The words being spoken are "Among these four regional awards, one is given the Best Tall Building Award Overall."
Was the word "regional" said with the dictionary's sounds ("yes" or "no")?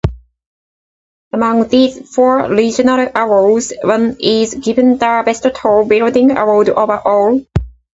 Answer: no